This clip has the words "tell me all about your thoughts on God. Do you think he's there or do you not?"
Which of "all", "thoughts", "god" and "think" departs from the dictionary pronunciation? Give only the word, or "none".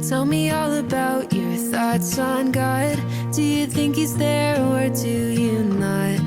none